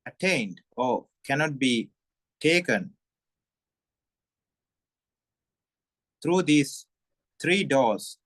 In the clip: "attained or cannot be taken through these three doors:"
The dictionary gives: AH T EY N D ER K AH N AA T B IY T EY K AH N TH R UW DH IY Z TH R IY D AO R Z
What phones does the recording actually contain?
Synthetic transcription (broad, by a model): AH T EY N D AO K AH N AA T B IY T EY K AH N T R UW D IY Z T R IY D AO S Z